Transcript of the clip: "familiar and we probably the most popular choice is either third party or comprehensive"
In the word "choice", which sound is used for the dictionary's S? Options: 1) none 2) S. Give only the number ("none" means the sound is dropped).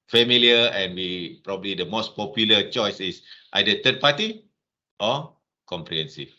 2